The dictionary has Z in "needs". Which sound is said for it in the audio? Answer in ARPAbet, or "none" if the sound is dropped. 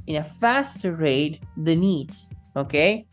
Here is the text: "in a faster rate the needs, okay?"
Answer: S